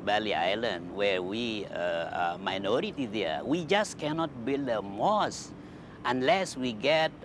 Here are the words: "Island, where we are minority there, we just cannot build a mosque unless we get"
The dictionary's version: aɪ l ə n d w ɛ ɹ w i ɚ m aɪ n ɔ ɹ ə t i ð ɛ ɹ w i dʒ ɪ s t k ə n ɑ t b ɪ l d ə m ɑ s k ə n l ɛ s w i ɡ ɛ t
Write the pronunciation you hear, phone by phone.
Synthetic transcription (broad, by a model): aɪ l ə n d w ɛ ɹ w i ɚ m aɪ n ɔ ɹ ə t i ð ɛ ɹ w i dʒ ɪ s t k ə n ɑ t b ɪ l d ə m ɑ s ə n l ɛ s w i ɡ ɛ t